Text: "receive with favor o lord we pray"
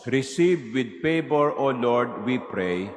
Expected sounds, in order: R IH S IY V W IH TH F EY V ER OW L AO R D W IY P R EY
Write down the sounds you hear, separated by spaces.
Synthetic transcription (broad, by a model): R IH S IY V W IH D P EY P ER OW L AO R D W IY P R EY